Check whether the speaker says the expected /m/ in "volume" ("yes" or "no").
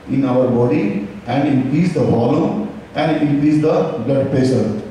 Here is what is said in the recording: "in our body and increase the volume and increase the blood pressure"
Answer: no